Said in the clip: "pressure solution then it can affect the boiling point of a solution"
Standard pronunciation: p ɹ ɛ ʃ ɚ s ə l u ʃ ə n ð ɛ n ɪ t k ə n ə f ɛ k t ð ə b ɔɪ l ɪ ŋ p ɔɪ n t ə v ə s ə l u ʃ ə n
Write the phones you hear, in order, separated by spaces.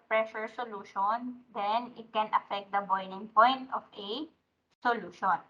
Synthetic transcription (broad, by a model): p ɹ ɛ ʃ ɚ s ə l u ʃ ə n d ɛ n ɪ t k ə n ə f ɛ k t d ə b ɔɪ n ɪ ŋ p ɔɪ n t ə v ə s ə l u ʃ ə n